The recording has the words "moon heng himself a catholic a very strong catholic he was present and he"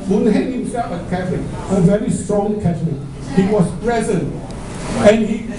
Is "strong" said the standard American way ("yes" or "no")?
yes